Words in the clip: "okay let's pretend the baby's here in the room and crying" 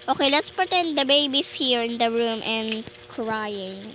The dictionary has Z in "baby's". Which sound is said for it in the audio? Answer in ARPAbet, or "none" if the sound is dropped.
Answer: S